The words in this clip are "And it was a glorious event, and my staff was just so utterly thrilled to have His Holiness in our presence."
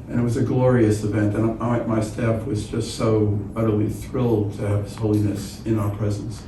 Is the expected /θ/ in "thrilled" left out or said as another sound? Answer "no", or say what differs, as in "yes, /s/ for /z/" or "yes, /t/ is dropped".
no